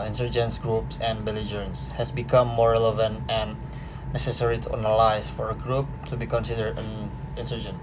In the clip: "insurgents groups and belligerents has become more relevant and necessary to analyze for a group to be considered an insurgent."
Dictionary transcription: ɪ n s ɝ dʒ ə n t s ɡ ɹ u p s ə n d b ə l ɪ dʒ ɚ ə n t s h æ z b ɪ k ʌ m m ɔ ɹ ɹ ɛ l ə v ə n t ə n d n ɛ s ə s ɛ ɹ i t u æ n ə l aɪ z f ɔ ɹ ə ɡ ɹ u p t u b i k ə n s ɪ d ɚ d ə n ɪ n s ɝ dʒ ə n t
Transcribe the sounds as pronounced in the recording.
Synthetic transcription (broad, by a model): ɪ n s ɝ dʒ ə n s ɡ ɹ u p s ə n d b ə l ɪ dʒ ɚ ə n s h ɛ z b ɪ k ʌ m m ɔ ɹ ɹ ɛ l ə v ə n t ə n n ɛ s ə s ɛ ɹ i t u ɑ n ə l aɪ s f ɔ ɹ ə ɡ ɹ u p t u b i k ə n s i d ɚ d ə n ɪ n s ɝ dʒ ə n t